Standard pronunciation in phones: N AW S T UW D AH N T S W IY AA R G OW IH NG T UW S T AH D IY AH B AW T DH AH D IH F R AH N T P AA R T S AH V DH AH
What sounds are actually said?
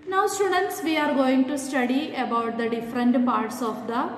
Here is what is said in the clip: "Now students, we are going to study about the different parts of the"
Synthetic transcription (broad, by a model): N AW S T UW D AH N T S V IY AA R G OW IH NG T UW S T AH D IY AH B AW T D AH D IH F R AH N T P AA R T S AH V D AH